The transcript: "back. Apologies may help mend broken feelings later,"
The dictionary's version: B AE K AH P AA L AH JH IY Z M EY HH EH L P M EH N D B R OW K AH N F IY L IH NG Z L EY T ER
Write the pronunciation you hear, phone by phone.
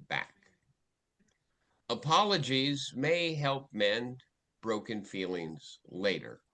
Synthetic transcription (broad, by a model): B AE K AH P AA L AH JH IY Z M EY HH EH L P M EH N B R OW K AH N F IY L IH NG Z L EY T ER